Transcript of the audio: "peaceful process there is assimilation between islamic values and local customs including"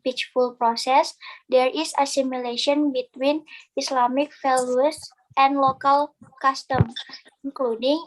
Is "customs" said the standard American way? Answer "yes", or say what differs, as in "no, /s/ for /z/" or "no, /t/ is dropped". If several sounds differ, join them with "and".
no, /z/ is dropped